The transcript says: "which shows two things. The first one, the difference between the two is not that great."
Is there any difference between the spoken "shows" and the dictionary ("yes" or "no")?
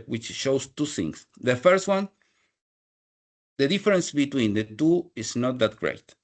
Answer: yes